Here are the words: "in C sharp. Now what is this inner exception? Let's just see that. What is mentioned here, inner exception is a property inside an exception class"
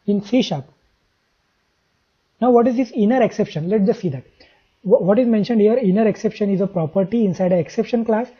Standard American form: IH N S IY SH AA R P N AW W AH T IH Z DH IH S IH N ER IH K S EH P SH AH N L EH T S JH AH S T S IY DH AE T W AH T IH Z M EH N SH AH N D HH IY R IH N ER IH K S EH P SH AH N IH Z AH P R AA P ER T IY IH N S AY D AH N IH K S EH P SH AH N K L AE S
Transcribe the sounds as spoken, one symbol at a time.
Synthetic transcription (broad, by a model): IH N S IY SH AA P N AW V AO T IH Z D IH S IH N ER IH K S EH P SH AH N L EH T JH AH S T S IY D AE T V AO T IH Z M EH N SH AH N D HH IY R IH N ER IH K S EH P SH AH N IH Z AH P R AA P ER T IY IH N S AY D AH IH K S EH P SH AH N K L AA S